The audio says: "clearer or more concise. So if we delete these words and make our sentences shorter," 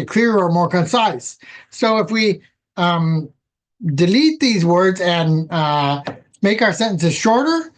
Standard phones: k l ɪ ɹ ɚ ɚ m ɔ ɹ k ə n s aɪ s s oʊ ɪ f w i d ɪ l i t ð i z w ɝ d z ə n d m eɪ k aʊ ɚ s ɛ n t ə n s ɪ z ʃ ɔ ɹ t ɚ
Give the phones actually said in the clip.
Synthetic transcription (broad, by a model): k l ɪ ɹ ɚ ɚ m ɔ ɹ k ə n s aɪ s s oʊ ɪ f w i d ɪ l i t ð i z w ɝ d z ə n m eɪ k aʊ ɚ s ɛ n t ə n s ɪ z ʃ ɔ ɹ t ɚ